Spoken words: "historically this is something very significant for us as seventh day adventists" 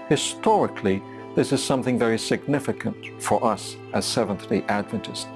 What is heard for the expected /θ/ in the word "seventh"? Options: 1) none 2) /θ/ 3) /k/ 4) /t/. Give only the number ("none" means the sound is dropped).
2